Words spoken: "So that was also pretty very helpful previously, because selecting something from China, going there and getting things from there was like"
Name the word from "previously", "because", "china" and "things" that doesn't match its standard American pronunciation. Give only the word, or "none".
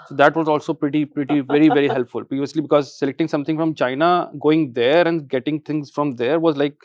things